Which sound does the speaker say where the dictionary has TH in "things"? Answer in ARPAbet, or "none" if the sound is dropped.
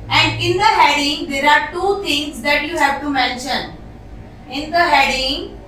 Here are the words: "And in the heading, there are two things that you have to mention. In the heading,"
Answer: T